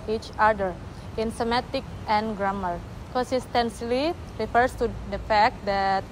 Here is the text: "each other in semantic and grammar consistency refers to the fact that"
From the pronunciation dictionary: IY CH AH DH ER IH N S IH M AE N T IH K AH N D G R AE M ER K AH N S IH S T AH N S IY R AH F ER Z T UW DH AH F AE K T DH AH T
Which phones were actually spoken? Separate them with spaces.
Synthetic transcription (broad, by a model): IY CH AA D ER IH N S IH M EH T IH K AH N G R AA M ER K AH N S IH S T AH N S IY R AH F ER S T UW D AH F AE K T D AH T